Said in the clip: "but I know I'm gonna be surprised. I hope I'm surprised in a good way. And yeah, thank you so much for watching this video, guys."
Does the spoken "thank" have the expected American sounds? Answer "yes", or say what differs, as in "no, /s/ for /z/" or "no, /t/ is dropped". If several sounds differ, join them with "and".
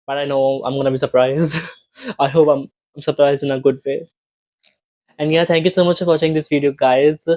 no, /t/ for /θ/